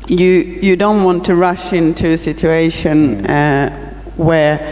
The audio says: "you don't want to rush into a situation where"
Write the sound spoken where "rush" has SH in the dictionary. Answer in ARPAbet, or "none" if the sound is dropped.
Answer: SH